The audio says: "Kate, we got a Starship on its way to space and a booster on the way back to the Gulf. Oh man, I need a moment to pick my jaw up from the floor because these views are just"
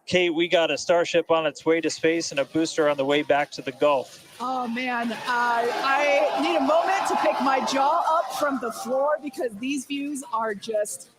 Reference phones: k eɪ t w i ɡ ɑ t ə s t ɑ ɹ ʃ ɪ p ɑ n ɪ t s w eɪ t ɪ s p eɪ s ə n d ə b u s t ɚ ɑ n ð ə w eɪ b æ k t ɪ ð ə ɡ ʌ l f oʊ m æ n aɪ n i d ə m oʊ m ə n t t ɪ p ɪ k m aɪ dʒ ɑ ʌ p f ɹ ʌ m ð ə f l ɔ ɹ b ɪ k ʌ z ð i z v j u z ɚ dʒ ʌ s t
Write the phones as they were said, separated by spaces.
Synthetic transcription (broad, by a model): k eɪ t w i ɡ ɑ t ə s t ɑ ɹ ʃ ɪ p n ɪ t s w eɪ t ɪ s p eɪ s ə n ə b u s t ɚ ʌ n ð ə w eɪ b æ k t ɪ ð ə ɡ ʌ l f oʊ m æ n aɪ n i d ə m oʊ m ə n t t ɪ p ɪ k m aɪ dʒ ɑ ʌ p f ɹ ʌ m ð ə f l ɔ ɹ b ɪ k ʌ z ð i z v j u z ɚ dʒ ʌ s t